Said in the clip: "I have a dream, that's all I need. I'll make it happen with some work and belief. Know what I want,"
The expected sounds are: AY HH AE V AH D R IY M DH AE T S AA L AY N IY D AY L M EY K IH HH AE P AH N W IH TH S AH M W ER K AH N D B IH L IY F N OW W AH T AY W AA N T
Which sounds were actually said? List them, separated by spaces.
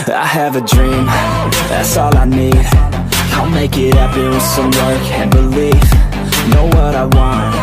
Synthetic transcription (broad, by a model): AY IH V AH D R IY M DH AE T S AA L AY N IY D AY L M EY K IH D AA AH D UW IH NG S AH M W ER K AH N B IH L IY F N OW W AH T AY W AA N T